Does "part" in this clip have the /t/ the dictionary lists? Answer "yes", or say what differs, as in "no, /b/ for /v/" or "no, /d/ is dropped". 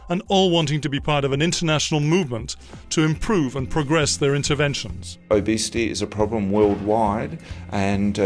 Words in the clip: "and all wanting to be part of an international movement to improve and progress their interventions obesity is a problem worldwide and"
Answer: yes